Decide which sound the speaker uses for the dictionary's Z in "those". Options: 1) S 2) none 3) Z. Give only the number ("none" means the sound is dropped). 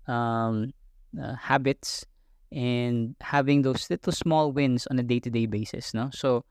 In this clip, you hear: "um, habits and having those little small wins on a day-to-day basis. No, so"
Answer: 1